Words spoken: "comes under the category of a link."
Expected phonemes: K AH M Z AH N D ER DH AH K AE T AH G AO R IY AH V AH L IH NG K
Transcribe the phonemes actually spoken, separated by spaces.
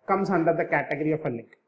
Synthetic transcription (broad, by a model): K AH M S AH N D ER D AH K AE T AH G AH R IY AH P AH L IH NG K